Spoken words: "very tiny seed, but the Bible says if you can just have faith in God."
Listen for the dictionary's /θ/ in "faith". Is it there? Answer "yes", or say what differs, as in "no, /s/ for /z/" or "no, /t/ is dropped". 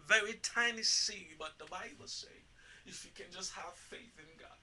yes